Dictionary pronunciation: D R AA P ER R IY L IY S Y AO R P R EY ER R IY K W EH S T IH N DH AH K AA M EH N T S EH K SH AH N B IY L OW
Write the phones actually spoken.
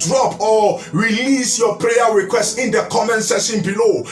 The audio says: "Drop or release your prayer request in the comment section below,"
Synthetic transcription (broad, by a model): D R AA P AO R IY L IY S Y AO P R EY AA R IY K W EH S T IH N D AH K AA M EH N T S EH SH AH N B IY L OW